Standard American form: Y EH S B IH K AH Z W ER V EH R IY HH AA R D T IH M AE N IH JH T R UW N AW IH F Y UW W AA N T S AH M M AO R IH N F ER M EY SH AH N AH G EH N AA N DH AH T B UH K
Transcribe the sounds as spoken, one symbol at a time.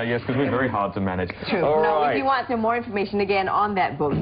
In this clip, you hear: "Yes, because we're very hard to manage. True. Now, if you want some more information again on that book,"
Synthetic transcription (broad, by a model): Y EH S K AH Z W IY V EH R IY HH AA R D T IH M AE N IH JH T UW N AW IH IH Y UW W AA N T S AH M M AO R IH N F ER M EY SH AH N AH G EH N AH N DH AH T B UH K